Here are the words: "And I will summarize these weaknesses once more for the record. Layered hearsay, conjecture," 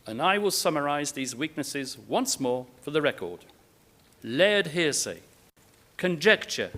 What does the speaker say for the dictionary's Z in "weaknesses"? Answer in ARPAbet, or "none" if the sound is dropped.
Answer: Z